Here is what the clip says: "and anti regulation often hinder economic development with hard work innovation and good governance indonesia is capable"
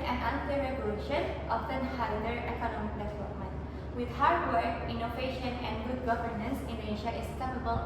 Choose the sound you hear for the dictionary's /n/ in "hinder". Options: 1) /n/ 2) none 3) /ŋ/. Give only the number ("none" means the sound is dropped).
2